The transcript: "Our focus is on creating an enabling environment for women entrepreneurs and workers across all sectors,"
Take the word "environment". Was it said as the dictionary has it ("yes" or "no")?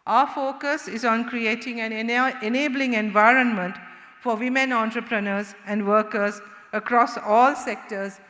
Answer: yes